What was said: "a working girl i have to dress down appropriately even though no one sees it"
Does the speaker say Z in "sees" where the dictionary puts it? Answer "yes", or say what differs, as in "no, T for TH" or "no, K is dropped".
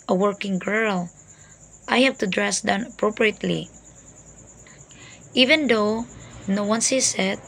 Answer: no, S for Z